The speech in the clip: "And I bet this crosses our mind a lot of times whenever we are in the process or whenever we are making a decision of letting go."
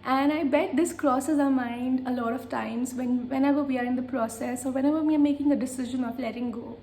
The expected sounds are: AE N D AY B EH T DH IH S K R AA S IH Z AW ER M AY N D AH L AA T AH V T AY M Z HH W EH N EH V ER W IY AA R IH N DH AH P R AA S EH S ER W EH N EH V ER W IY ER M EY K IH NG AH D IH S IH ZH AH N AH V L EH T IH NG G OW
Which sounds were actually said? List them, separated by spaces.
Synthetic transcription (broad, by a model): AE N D AY B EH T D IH S K R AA S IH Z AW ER M AY N D AH L AA T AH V T AY M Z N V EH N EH V ER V IY AA R IH N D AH P R AA S EH S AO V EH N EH V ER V IY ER M EY K IH NG AH D IH S IH ZH AH N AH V L EH T IH NG G OW